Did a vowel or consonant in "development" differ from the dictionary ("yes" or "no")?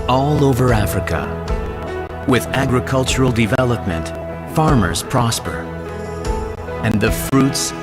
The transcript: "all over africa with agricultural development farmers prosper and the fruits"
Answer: no